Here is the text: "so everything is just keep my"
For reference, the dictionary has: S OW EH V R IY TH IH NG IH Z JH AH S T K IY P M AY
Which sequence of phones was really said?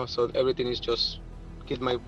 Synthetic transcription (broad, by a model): S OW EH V R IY T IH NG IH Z JH AH S T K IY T M AY